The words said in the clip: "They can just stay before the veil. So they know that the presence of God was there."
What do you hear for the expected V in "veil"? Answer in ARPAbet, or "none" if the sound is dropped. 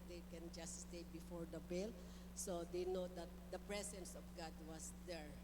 B